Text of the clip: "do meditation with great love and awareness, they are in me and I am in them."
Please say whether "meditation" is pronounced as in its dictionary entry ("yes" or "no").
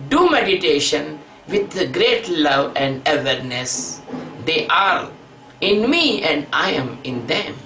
yes